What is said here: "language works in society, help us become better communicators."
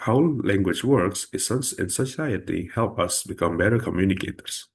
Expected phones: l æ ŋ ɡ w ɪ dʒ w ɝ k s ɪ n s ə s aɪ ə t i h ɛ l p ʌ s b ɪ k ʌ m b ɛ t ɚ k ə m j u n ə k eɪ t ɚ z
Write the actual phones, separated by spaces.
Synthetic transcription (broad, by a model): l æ ŋ ɡ w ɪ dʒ w ɝ k s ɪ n s ə s aɪ ə t i h ɛ l p ʌ s b ɪ k ʌ m b ɛ t ɚ k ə m j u n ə k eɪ t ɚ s